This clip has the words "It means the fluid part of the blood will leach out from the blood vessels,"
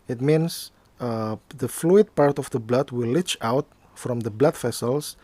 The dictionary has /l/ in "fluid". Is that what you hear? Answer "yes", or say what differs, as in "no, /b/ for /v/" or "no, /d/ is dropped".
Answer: yes